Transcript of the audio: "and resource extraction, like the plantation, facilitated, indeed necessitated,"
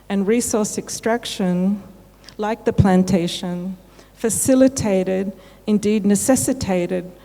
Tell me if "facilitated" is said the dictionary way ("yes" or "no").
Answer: yes